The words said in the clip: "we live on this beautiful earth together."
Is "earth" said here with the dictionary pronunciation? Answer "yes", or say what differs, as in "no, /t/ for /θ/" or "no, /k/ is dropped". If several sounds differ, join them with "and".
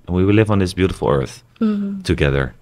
yes